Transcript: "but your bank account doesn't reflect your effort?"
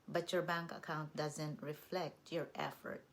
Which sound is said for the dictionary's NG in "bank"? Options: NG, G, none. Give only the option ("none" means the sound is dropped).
NG